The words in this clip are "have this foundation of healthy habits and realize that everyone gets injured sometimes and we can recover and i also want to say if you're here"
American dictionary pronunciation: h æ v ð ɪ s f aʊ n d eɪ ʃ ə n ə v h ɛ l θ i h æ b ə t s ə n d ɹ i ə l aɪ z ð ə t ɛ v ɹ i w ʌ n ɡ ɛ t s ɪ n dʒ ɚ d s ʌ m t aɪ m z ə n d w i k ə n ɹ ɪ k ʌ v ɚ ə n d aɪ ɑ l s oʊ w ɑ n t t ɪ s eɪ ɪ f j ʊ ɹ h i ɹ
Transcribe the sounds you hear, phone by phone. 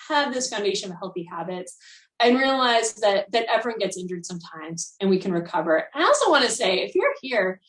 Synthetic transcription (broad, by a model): h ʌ v ð ɪ s f aʊ n d eɪ ʃ ə n ə v h ɛ l θ i h æ b ə t s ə n ɹ i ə l aɪ z ð ə t ɛ v ɹ i w ʌ n ɡ ɛ t s ɪ n dʒ ɚ d s ʌ m t aɪ m z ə n w i k ə n ɹ ɪ k ʌ v ɚ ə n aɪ ɑ l s oʊ w ɑ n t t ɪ s eɪ ɪ f j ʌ ɹ h i ɹ